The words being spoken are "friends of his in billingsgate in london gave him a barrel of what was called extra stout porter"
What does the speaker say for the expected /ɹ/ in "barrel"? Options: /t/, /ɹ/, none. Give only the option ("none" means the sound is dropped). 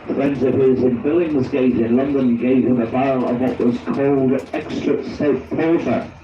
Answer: none